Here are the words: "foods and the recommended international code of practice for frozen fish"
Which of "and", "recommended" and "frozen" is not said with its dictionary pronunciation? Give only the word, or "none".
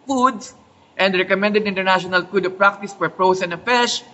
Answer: frozen